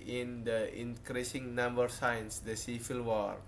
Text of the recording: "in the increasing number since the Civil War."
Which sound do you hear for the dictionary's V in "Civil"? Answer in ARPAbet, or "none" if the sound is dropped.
F